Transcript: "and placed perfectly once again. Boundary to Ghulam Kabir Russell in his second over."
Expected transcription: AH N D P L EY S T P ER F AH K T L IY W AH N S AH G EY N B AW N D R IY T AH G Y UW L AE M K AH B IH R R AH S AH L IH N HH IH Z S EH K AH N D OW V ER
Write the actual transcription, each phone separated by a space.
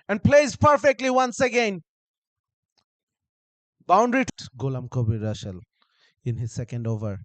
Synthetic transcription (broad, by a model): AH N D P L EY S P ER F AH K T L IY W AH N S AH G EY N B AW N D R IY T G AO L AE M K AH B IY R R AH SH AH L IH N HH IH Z S EH K AH N D OW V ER